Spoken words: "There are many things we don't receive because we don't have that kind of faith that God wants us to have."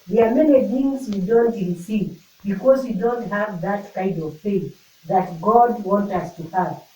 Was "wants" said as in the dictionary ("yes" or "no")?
no